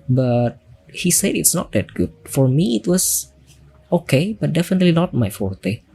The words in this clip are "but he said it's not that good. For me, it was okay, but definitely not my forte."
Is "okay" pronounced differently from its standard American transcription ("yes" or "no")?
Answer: no